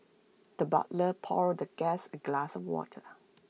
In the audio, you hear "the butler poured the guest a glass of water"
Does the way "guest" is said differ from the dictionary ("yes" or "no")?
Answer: yes